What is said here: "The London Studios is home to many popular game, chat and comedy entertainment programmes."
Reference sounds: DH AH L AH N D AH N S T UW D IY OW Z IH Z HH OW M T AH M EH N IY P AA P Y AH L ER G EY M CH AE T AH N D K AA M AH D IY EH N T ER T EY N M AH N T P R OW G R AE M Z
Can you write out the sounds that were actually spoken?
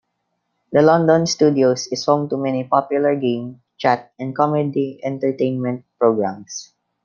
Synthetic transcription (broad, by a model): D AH L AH N D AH N S T UW D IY OW S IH S HH OW M T AH M EH N IY P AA P Y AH L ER G EY M CH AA T AH N D K AA M AH D IY EH N T ER T EY N M AH N T P R OW G R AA M S